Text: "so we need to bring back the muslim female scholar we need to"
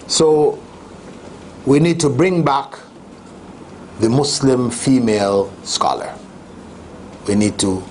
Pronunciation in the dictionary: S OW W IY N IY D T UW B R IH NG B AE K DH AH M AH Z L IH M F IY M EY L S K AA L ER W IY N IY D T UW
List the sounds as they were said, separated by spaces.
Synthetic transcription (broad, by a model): S OW W IY N IY D T UW B R IH NG B AE K DH AH M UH S L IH M F IY M EY L S K AA L ER W IY N IY D T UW